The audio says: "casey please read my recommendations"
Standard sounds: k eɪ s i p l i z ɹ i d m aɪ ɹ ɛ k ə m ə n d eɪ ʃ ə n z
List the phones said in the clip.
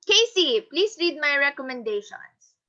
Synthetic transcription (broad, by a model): k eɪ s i p l i s ɹ i d m aɪ ɹ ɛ k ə m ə n d eɪ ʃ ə n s